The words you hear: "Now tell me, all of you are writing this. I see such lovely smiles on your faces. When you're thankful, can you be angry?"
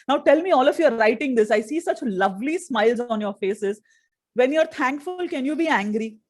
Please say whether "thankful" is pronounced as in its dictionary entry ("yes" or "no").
no